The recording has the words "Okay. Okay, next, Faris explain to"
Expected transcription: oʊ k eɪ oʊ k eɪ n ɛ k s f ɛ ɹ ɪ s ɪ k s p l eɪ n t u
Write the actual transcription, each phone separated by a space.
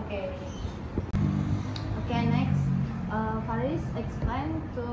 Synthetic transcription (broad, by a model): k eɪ oʊ k eɪ n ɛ k s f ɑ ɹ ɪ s ɪ k s p l eɪ n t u